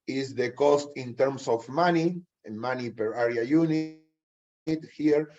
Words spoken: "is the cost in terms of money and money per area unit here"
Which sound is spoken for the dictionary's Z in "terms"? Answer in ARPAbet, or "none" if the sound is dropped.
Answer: S